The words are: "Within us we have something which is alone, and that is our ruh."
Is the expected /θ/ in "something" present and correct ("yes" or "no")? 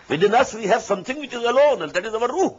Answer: no